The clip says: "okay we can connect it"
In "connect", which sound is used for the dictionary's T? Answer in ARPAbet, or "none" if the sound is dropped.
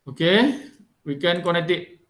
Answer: T